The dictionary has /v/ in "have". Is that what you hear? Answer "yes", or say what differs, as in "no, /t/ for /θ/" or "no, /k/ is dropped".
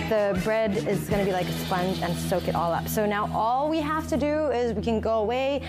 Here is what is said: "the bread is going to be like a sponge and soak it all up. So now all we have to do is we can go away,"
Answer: no, /f/ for /v/